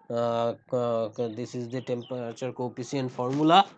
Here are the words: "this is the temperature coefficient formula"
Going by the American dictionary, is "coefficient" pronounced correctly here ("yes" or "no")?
no